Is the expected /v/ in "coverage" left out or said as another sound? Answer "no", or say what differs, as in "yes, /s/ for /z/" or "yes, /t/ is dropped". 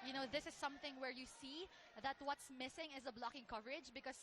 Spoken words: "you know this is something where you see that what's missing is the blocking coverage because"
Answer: no